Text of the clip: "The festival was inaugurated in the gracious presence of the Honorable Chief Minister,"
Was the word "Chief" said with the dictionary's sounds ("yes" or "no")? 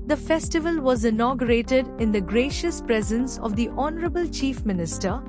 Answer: yes